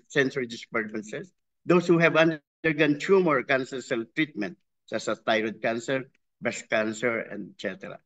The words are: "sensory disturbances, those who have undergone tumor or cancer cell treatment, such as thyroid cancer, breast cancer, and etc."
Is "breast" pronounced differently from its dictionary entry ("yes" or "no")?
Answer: yes